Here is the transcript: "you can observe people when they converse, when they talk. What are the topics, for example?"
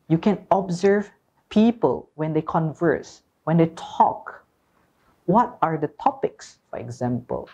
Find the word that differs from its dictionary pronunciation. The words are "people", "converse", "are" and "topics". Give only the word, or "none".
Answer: none